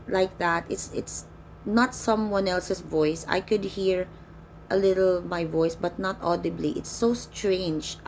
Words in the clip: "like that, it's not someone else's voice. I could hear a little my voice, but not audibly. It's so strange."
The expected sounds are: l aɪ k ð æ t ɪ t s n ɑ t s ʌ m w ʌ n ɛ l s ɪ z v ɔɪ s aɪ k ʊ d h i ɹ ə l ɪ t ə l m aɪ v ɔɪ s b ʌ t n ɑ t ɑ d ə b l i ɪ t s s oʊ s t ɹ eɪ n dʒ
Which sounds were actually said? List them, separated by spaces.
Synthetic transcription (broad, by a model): l aɪ k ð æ t ɪ t s n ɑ t s ʌ m w ʌ n ɛ l s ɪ s v ɔɪ s aɪ k ʊ d h i ɹ ə l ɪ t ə l m aɪ v ɔɪ s b ʌ t n ɑ t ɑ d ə b l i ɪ t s s oʊ s t ɹ eɪ n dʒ